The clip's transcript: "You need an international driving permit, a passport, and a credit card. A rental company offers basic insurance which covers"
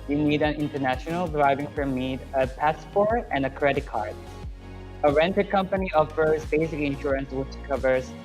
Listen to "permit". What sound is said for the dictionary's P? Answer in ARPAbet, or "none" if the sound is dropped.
F